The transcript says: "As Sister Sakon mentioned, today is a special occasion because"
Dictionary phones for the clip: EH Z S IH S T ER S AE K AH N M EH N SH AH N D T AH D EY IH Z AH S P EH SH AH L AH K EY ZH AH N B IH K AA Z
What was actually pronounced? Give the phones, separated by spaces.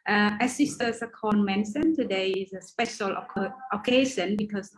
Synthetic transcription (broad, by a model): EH S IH S T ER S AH K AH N M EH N S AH N T AH D EY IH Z AH S P EH SH AH L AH K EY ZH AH N B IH K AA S